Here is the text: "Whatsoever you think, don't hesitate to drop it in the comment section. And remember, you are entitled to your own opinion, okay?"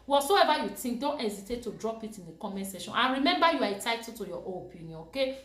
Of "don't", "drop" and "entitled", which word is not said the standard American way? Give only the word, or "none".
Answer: entitled